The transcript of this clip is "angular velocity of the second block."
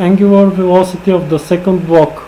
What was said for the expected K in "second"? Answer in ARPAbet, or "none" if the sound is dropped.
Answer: K